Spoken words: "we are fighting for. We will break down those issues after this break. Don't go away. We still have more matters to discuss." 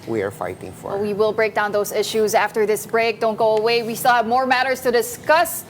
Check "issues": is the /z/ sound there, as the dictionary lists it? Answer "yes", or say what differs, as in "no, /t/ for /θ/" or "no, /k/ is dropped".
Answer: yes